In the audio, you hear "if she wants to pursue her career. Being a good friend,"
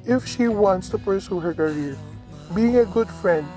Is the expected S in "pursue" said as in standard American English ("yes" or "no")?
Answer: yes